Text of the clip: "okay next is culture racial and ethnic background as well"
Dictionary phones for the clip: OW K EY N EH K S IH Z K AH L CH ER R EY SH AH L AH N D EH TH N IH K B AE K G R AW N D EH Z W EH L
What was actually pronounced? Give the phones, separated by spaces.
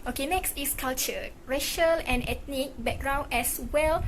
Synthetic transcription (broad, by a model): OW K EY N EH K S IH S K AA L CH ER R EY SH AH L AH N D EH T N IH K B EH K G R AW N EH S W EH L